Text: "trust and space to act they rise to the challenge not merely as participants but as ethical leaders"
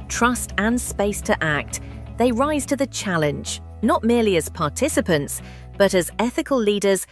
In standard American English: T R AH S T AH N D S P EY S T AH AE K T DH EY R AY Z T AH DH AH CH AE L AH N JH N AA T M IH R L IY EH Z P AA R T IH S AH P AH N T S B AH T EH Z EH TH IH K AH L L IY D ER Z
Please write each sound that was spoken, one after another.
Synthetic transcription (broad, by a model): T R AH S T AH N S P EY S T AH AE K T DH EY R AY Z T AH DH AH CH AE L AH N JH N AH T M IH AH L IY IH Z P AA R T IH S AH P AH N T S B AH T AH Z EH TH IH K AH L L IY D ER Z